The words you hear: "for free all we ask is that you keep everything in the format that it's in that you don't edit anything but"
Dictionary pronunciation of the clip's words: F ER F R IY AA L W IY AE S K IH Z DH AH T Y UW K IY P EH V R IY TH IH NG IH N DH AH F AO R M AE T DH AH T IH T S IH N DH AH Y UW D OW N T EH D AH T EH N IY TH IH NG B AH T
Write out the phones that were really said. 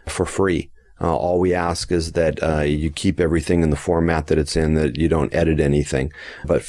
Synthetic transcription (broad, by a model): F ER F R IY AA L W IY AE S K IH Z DH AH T Y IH K IY P EH V R IY TH IH NG IH N DH AH F AO R M AE T DH AH T IH T S IH N DH AH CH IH D OW N T EH D AH T EH N IY TH IH NG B AH T